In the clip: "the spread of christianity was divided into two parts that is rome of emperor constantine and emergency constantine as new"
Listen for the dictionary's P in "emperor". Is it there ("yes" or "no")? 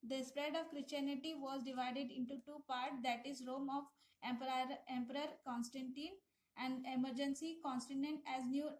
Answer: yes